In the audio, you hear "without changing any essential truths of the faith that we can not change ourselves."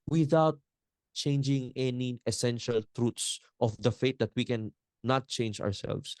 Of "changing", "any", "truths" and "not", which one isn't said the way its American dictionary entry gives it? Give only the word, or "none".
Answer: truths